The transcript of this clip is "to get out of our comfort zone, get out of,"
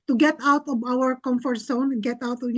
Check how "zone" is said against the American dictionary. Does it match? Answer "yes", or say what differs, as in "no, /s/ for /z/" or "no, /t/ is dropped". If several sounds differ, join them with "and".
no, /s/ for /z/